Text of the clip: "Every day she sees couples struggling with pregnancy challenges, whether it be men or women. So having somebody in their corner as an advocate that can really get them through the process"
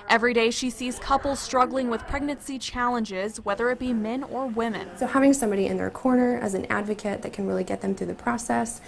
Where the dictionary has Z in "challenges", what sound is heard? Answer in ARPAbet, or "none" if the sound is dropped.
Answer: Z